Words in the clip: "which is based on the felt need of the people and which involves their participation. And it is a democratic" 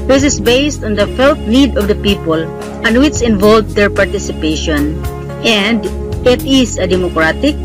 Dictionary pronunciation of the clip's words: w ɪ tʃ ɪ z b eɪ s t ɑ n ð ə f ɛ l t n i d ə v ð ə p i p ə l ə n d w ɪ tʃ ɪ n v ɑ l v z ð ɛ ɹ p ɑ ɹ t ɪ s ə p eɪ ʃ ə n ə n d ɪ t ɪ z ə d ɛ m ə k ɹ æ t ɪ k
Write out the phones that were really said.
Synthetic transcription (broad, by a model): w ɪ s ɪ s b eɪ s t ɑ n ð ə f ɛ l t n i d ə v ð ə p i p ə l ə n w ɪ tʃ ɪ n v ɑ l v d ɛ ɹ p ɑ ɹ t ɪ s ə p eɪ ʃ ə n ə n d ɪ t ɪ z ə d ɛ m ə k ɹ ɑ t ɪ k